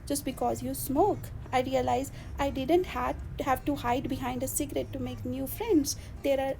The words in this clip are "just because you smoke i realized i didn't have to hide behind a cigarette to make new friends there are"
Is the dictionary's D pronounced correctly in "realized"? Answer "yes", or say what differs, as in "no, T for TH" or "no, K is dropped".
no, D is dropped